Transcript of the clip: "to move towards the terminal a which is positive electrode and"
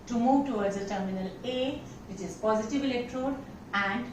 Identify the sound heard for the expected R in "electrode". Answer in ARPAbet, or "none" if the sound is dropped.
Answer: R